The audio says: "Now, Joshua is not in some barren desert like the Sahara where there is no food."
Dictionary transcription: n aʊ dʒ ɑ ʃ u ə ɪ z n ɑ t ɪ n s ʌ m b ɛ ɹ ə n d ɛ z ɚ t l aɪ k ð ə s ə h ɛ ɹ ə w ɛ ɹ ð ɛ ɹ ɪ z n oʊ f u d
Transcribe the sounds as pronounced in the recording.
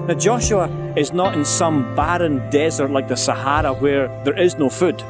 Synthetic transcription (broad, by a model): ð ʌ dʒ ɑ ʃ u ə ɪ z n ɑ t ɪ n s ʌ m b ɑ ɹ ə n d ɛ z ɚ t l aɪ k ð ə s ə h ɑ ɹ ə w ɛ ɹ ð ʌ ɹ ɪ z n oʊ f u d